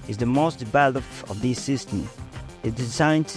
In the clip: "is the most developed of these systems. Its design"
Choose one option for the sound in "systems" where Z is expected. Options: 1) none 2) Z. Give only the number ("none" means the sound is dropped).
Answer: 1